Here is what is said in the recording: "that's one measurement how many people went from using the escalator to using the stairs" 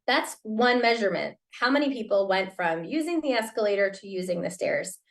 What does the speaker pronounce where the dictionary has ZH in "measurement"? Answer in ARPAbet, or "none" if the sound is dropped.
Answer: ZH